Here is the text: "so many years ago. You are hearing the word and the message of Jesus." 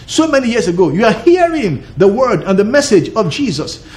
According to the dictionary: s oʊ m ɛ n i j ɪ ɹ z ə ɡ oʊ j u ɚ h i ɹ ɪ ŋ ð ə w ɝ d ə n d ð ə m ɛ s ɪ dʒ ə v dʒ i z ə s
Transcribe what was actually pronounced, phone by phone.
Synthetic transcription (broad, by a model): s oʊ m ɛ n i j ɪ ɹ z ə ɡ oʊ j u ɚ h i ɹ ɪ ŋ ð ə w ɝ d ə n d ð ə m ɛ s ɪ dʒ ə v dʒ i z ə s